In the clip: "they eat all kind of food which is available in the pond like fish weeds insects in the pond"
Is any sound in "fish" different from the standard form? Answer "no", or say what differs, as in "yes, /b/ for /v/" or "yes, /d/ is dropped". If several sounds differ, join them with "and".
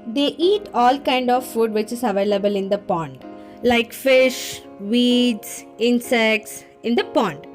no